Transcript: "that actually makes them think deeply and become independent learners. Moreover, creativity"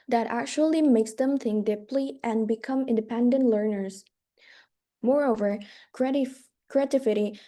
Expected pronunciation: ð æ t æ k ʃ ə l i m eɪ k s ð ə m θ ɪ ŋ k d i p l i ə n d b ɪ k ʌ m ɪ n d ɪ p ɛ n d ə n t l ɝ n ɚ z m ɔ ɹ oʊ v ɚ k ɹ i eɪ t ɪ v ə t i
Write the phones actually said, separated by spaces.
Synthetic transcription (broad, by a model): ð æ t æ k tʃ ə l i m eɪ k s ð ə m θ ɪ ŋ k d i p l i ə n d b ɪ k ʌ m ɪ n d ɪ p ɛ n d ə n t l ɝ n ɚ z m ɔ ɹ oʊ v ɚ k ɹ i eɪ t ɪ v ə t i